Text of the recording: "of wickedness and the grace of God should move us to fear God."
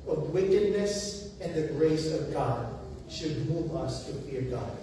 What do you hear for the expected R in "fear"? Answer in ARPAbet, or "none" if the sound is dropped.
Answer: R